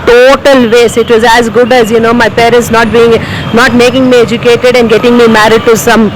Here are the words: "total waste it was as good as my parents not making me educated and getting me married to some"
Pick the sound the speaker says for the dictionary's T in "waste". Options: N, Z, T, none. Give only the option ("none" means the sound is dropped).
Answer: none